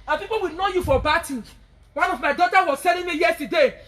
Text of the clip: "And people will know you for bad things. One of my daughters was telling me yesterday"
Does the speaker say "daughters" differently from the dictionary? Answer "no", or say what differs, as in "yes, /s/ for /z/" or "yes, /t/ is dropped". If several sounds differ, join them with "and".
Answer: yes, /z/ is dropped